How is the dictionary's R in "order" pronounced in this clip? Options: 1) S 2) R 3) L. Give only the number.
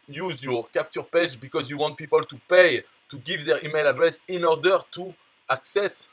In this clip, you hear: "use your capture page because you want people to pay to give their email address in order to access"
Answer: 2